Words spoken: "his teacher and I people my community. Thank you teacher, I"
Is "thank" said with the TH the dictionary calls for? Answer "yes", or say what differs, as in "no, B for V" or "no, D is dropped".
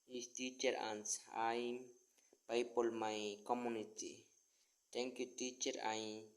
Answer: no, T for TH